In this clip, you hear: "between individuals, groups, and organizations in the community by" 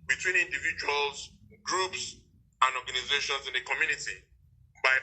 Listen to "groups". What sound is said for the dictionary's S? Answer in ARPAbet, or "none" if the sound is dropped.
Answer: S